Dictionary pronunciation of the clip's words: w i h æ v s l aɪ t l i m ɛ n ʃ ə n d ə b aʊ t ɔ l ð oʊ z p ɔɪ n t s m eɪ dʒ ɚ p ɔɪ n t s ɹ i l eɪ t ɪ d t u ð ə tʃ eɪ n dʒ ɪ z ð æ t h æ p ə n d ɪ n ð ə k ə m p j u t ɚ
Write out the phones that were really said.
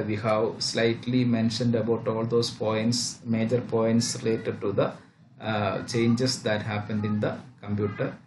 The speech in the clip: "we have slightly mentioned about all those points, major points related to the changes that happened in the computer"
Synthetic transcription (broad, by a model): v i h æ v s l aɪ t l i m ɛ n ʃ ə n d ə b aʊ t ɔ l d oʊ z p ɔɪ n t s m eɪ dʒ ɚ p ɔɪ n t s ɹ i l eɪ t ɪ d t u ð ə tʃ eɪ n dʒ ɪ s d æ t h æ p ə n d ɪ n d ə k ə m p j u t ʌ